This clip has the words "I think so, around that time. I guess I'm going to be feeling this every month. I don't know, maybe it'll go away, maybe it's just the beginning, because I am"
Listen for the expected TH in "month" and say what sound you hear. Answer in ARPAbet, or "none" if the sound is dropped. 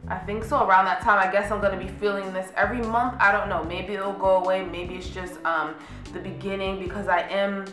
TH